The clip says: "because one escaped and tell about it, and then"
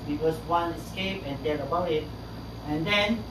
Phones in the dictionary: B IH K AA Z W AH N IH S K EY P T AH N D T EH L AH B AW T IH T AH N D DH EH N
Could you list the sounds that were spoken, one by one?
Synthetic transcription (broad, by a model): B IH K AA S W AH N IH S K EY P AH N D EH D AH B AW IH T AH N D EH N